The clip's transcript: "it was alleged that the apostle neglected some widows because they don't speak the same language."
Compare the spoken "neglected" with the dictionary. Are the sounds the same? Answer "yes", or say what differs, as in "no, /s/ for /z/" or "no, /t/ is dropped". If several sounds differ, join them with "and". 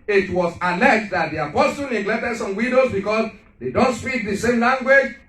yes